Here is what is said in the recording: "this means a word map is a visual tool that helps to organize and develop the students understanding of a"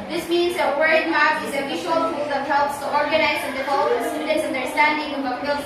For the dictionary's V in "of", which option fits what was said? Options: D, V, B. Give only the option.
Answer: B